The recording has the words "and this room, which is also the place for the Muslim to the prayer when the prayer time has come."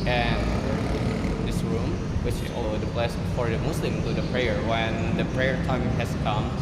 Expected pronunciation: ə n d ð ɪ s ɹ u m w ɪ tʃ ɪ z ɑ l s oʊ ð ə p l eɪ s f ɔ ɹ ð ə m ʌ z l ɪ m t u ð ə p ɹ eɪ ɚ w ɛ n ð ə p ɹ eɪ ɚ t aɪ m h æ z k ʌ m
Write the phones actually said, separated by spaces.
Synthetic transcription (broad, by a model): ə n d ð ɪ s ɹ u m w ɪ tʃ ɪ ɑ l oʊ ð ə b l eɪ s f ɔ ɹ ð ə m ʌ s l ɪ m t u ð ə p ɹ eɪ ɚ w ɛ n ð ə p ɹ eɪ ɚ t aɪ m h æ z k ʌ m